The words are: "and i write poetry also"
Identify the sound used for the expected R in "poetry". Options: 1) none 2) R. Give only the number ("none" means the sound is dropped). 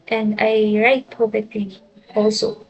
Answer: 1